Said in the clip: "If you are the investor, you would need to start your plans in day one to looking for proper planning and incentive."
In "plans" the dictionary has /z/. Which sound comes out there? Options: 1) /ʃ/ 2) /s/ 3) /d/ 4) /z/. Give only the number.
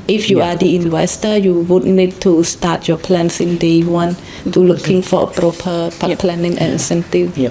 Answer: 2